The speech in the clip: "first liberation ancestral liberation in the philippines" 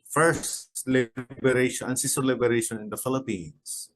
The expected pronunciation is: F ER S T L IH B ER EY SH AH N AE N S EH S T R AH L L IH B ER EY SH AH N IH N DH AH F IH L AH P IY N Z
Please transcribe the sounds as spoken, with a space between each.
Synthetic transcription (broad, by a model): F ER S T L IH B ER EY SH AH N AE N S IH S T AH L L IH B ER EY SH AH N IH N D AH F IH L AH P IY N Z